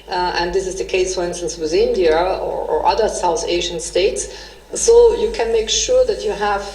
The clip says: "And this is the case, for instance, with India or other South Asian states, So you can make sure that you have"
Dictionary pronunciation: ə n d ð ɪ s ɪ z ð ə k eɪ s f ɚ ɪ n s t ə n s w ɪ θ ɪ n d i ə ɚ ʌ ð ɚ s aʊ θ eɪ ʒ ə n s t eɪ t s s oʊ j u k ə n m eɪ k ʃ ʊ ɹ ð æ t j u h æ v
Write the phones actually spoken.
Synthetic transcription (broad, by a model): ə n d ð ɪ s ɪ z ð ə k eɪ s f ɚ ɪ n s t ə n s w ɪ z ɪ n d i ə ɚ ʌ ð ɚ s aʊ θ eɪ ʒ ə n s t eɪ t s s oʊ j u k ə n m eɪ k ʃ ʊ ɹ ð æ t j u h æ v